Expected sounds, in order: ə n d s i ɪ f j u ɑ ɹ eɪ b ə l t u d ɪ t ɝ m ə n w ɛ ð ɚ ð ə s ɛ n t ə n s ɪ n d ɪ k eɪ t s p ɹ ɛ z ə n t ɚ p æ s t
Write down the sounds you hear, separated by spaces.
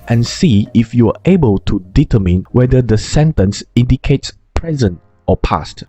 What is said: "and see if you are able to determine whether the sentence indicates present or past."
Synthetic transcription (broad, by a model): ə n s i ɪ f j u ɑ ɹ eɪ b ə l t u d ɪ t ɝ m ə n w ɛ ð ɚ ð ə s ɛ n t ə n s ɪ n d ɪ k eɪ t s p ɹ ɛ z ə n t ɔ p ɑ s t